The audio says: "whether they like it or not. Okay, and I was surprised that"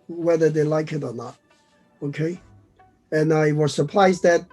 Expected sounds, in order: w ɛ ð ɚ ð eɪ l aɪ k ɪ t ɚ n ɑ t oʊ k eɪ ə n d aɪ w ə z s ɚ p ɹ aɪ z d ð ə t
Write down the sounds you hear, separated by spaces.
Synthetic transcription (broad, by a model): w ɛ ð ɚ ð eɪ l aɪ k ɪ t ɚ n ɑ t oʊ k eɪ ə n aɪ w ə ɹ s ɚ p l aɪ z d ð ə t